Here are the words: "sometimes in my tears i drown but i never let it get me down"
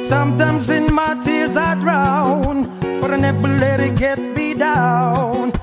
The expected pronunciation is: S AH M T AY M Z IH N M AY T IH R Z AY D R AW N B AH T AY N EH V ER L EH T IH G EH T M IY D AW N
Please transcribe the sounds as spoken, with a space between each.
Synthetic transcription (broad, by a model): S AH M T AY M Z IH N M AY T IH R Z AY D R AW N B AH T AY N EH P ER L EH T IH G EH T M IY D AW N